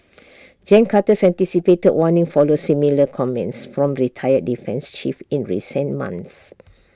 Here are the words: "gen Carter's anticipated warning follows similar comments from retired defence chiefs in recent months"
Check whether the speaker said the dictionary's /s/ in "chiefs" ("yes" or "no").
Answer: no